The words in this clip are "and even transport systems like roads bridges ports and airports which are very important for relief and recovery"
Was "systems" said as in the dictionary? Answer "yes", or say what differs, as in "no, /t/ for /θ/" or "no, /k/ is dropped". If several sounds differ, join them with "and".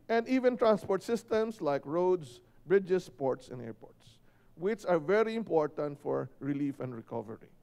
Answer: no, /s/ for /z/